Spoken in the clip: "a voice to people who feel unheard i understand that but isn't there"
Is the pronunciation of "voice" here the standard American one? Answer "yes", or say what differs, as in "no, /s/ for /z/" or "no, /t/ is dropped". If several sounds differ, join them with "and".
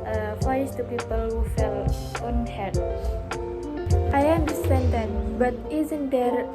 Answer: no, /f/ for /v/